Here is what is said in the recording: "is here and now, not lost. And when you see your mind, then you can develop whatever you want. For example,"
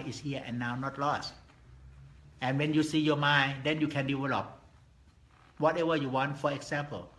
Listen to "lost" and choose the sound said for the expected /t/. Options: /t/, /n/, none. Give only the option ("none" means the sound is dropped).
/t/